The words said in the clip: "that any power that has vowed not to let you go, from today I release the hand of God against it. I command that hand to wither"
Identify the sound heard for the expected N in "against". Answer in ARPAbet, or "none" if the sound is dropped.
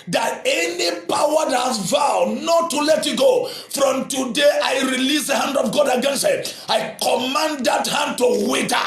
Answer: N